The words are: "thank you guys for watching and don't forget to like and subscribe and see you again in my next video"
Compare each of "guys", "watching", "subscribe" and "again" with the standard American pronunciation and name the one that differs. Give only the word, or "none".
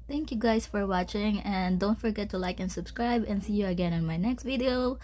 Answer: guys